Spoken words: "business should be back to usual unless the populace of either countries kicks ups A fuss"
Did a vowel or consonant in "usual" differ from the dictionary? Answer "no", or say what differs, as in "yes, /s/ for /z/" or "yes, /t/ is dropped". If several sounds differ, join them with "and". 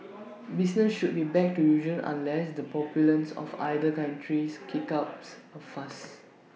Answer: yes, /n/ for /l/